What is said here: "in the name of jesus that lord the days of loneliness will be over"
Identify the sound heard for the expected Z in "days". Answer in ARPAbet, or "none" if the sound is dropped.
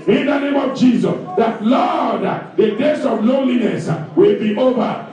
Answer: S